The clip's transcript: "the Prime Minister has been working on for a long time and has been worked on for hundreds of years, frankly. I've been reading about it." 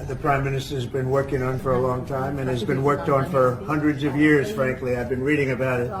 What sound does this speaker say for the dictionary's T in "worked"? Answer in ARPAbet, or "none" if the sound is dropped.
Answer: T